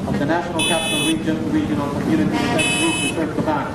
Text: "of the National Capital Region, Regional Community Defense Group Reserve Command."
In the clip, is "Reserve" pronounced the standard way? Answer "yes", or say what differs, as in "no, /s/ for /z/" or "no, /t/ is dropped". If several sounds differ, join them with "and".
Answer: no, /s/ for /z/